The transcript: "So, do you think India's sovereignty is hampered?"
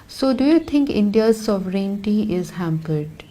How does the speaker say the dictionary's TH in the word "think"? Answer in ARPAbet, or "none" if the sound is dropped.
T